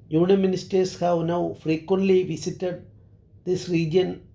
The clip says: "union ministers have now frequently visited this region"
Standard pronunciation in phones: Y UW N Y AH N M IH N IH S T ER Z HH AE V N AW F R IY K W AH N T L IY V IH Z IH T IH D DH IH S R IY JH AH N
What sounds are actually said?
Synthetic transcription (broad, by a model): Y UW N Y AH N M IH N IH S T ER S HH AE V N AW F R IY K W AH N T L IY V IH S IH T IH D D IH S R IY JH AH N